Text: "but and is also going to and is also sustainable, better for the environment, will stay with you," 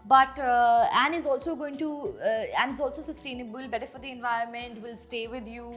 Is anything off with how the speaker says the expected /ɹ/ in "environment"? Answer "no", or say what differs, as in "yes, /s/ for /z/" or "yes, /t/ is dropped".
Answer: no